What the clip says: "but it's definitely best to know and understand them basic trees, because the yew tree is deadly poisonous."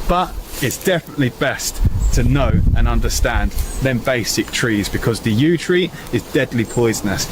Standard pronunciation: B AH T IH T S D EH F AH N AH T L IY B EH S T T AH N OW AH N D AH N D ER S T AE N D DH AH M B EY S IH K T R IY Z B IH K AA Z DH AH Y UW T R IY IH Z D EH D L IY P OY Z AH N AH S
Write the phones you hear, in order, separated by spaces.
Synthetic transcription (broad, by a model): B AH T IH T S D EH F AH N AH T L IY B EH S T T AH N OW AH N AH N D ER S T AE N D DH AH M B EY S IH K T R IY Z B IH K AA Z DH AH Y UW T R IY IH Z D EH D L IY P OY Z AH N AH S